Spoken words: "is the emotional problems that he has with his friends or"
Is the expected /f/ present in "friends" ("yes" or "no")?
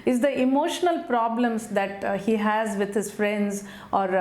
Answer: yes